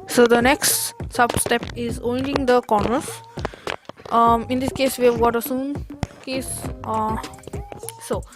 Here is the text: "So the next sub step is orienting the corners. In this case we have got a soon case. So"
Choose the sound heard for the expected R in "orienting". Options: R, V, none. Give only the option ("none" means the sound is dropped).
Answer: none